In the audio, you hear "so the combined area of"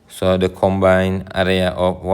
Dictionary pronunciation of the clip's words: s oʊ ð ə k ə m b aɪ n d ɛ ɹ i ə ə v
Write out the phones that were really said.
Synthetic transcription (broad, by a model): s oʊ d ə k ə m b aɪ n ɛ ɹ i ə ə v